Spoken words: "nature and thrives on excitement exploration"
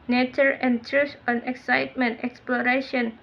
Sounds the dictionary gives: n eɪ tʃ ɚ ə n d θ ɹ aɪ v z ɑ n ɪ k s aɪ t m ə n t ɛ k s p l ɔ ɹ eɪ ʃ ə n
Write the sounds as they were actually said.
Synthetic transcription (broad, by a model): n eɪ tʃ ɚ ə n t ɹ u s ɑ n ɪ k s aɪ t m ə n t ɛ k s p l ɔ ɹ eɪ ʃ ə n